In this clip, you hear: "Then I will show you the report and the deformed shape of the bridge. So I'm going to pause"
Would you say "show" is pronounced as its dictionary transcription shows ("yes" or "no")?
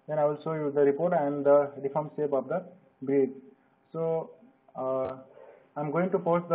no